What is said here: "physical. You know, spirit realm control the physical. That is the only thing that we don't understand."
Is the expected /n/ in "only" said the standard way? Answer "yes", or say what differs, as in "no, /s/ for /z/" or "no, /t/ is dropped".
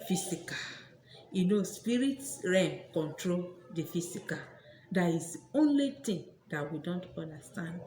yes